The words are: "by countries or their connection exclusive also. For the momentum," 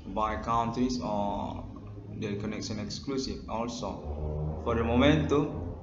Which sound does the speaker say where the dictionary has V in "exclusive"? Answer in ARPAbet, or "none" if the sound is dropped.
F